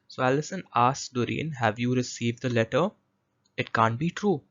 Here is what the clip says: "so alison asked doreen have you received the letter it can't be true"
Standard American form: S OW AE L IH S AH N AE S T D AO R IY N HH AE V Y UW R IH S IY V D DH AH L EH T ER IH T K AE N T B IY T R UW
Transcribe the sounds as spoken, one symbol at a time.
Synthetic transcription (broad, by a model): S OW AE L IH S AH N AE S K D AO R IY N HH AE V Y UW R IH S IY V D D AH L EH T ER IH T K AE N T B IY T R UW